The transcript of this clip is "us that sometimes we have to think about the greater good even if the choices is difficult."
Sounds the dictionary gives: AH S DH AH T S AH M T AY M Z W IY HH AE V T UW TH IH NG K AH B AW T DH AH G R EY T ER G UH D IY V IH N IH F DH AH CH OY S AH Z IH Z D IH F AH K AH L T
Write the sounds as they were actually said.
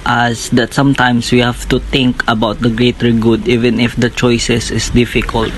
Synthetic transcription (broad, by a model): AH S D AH T S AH M T AY M S W IY HH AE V T UW T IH NG K AH B AW T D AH G R EY T ER G UH D IY V IH N IH F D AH CH OY S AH S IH S D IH F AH K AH L T